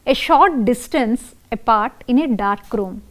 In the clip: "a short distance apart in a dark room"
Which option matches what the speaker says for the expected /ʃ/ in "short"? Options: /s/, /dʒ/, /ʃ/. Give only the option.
/ʃ/